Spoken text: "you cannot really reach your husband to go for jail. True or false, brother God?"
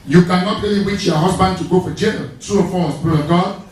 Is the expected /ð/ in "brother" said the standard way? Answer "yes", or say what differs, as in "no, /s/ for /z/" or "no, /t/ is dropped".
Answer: no, /ð/ is dropped